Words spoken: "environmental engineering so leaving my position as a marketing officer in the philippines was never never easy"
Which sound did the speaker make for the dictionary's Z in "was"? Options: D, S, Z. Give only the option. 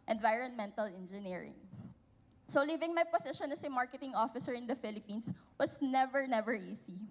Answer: S